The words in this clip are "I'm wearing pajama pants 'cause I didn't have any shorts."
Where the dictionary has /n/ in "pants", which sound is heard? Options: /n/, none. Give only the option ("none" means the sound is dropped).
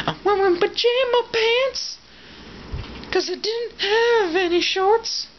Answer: /n/